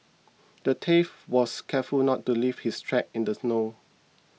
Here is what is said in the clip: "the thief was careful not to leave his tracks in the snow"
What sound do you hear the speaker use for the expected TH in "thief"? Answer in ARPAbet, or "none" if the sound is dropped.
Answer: T